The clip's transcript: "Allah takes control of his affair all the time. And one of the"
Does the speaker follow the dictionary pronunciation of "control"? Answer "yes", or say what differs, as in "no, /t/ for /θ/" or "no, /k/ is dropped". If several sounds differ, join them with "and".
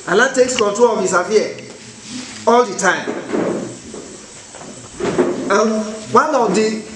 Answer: no, /ɹ/ is dropped